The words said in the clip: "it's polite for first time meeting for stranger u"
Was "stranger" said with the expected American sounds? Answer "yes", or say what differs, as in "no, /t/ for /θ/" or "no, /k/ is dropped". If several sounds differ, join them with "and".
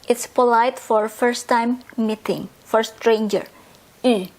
yes